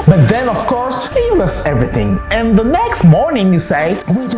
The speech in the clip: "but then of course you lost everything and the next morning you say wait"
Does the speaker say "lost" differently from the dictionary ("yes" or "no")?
yes